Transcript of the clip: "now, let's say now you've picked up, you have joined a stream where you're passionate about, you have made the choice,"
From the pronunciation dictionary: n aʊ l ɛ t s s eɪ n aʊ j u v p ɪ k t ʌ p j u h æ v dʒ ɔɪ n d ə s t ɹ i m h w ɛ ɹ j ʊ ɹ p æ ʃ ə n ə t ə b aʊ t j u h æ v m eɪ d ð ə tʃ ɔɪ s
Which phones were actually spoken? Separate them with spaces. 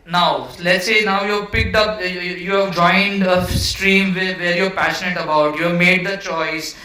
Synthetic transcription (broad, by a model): n aʊ l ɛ t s s eɪ n aʊ j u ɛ p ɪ k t ʌ p j u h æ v dʒ ɔɪ n d ə s t ɹ i m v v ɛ ɹ j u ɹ p æ ʃ ə n ə t ə b aʊ t j u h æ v m eɪ d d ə tʃ ɔɪ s